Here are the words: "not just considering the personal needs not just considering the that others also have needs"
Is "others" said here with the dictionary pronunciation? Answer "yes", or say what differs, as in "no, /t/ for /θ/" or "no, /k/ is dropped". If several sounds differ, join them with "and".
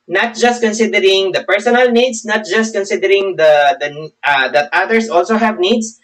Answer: no, /s/ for /z/